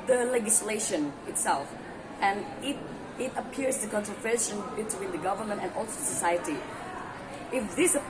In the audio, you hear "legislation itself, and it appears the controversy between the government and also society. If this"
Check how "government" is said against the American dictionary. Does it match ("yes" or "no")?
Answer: yes